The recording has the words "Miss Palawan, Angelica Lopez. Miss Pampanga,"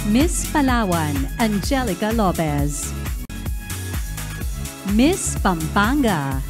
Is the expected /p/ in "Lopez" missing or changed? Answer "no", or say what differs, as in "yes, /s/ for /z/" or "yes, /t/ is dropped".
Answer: yes, /b/ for /p/